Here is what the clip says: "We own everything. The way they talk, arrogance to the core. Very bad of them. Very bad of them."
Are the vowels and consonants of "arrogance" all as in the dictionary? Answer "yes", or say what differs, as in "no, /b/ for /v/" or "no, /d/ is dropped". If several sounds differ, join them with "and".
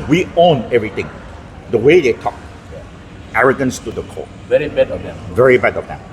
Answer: yes